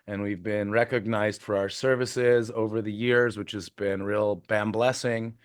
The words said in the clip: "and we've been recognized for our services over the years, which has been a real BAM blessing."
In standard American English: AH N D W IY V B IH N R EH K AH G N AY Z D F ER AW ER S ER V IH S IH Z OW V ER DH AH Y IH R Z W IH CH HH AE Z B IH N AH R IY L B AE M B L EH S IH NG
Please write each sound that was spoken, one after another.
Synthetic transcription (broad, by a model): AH N W IY V B IH N R EH K AH G N AY Z D F ER AW ER S ER V IH S IH Z OW V ER DH AH Y IH R Z W IH CH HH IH Z B IH N R IY L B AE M B L EH S IH NG